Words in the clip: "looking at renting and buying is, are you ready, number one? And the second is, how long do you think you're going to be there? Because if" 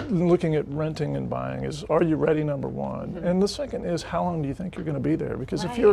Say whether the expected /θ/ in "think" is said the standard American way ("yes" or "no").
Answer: yes